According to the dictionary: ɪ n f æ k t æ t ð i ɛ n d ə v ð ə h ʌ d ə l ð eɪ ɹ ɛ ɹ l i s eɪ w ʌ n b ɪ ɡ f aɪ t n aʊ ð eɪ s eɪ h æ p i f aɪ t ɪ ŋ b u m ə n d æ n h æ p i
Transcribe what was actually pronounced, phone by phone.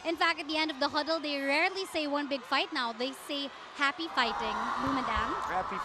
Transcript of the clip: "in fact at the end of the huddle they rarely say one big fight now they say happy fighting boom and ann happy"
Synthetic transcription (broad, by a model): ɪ n f æ k t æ t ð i ɛ n d ə v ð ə h ʌ d ə l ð eɪ ɹ ɛ ɹ l i s eɪ w ʌ n b ɪ ɡ f aɪ t n aʊ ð eɪ s eɪ h æ p i f aɪ t ɪ ŋ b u m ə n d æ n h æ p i